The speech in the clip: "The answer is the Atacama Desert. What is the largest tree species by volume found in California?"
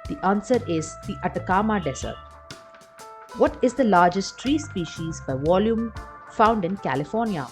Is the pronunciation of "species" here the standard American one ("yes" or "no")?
yes